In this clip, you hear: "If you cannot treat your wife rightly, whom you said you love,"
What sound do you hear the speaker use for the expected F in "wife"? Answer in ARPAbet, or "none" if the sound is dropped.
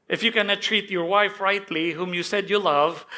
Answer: F